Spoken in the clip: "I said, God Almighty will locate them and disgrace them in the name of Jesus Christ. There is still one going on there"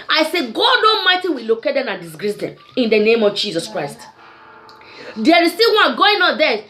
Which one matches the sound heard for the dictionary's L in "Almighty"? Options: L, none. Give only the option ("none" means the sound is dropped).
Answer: none